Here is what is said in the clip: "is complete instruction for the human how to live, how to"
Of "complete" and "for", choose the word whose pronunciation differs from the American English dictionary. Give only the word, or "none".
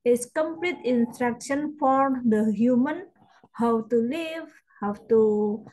none